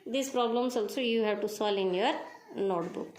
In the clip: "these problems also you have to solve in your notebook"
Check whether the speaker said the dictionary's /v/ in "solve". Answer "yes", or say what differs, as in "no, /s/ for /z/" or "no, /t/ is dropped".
no, /v/ is dropped